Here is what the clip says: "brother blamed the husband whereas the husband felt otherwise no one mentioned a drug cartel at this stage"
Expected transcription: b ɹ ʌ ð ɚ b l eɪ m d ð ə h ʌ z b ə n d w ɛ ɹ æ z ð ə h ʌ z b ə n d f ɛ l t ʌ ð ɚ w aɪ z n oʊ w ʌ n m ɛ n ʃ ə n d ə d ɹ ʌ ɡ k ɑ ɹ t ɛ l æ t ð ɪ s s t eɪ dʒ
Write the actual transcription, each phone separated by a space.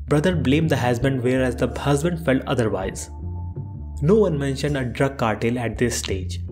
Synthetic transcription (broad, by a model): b ɹ ʌ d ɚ b l eɪ m d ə h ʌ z b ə n d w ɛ ɹ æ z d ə h ʌ z b ə n d f ɛ l t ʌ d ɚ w aɪ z n oʊ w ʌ n m ɛ n ʃ ə n d ə d ɹ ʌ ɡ k ɑ ɹ t ɛ l æ t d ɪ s s t eɪ dʒ